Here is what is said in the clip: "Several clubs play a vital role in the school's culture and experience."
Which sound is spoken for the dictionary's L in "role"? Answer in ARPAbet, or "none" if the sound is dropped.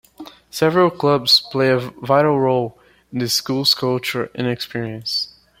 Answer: L